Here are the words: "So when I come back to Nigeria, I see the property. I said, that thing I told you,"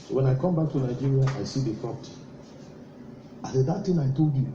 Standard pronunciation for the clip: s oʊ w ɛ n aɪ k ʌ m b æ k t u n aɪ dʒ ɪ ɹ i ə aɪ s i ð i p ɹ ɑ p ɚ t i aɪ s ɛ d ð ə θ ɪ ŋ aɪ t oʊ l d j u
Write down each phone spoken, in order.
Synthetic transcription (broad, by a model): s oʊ w ɛ n aɪ k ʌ m b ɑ k t u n aɪ dʒ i ɹ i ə aɪ s i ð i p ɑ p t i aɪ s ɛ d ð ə t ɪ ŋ aɪ t oʊ l d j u